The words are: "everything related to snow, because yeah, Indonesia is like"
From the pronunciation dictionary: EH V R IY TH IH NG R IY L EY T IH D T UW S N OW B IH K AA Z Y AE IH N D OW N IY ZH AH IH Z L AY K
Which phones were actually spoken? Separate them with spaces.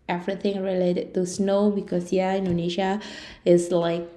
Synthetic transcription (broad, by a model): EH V R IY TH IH NG R IY L EY T IH D T UW S N OW B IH K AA S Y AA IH N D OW N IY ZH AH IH S L AY K